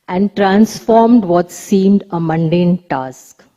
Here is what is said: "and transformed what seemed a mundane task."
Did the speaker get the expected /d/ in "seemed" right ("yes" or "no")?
yes